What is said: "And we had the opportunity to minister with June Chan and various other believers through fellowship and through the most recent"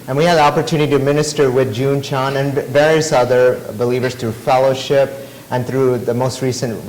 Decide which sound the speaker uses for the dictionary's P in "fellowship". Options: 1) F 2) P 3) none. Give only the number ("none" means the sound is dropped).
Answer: 2